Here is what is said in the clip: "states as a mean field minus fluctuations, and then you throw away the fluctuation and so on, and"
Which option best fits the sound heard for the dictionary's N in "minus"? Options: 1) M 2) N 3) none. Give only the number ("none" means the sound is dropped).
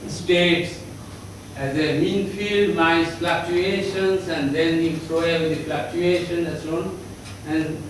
3